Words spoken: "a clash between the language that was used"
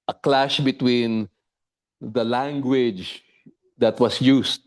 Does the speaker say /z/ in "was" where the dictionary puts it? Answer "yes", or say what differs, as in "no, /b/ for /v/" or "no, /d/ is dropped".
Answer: no, /s/ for /z/